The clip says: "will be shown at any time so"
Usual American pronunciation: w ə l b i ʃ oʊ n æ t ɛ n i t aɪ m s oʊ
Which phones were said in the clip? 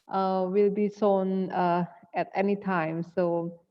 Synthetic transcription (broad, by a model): w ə l b i s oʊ n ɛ t ɛ n i t aɪ m s oʊ